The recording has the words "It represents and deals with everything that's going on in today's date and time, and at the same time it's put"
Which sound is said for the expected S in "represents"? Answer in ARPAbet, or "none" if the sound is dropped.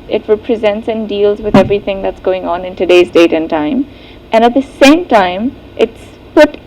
S